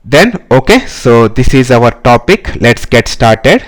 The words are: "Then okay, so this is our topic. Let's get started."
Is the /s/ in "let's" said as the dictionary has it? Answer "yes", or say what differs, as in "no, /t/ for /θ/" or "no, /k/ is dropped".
yes